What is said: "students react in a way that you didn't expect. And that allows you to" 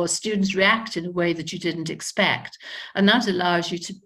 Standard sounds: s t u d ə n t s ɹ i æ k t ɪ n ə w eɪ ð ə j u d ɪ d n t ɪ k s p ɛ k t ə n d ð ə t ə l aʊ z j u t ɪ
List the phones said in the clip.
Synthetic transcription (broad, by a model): s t u d n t s ɹ i æ k t ɪ n ə w eɪ ð ə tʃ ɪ d ɪ d n t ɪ k s p ɛ k t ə n ð ə t ə l aʊ z j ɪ t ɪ